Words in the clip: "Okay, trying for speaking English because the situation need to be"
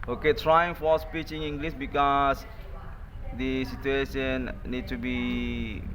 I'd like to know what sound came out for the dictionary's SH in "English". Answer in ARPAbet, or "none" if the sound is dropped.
S